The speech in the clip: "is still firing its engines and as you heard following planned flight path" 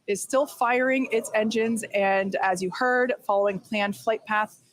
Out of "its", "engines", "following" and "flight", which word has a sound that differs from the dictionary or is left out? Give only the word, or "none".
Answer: none